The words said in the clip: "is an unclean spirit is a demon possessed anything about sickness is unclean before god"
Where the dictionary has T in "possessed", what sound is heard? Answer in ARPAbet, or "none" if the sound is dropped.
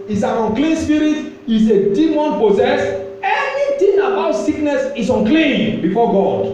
none